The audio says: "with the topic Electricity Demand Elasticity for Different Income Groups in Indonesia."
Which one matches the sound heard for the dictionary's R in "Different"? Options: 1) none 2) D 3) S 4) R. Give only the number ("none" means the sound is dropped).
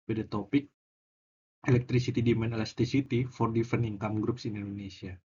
1